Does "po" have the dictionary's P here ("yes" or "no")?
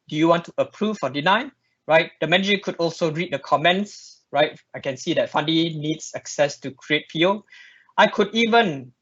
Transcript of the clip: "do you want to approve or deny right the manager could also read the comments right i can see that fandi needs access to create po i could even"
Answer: no